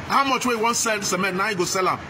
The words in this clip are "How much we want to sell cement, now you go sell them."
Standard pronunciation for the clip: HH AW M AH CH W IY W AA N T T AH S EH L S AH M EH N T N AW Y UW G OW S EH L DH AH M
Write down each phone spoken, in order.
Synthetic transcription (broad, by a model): HH AW M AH CH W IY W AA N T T S EH L S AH M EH T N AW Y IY G OW S EH L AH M